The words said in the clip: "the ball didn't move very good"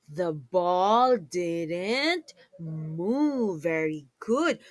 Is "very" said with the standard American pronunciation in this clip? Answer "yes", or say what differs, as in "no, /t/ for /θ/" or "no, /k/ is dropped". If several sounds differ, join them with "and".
yes